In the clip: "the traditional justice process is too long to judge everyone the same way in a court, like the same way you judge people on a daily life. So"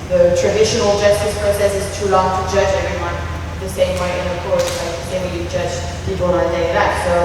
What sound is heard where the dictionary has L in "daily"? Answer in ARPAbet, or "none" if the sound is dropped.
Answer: none